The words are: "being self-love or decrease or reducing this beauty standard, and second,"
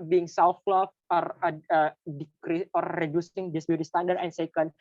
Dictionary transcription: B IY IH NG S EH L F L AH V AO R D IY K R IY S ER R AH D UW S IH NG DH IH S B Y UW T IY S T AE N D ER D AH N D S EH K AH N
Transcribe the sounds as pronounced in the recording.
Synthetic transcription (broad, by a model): B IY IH NG S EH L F L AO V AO R D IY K R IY AO R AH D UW S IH NG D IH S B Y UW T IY S T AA N D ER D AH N S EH K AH N